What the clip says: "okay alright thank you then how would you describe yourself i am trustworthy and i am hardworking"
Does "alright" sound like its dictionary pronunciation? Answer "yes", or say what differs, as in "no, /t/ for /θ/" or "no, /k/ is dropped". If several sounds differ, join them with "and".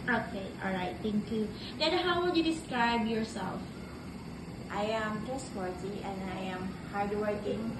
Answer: yes